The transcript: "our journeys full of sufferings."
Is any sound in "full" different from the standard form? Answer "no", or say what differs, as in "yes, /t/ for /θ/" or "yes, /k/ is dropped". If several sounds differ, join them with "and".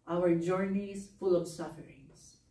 no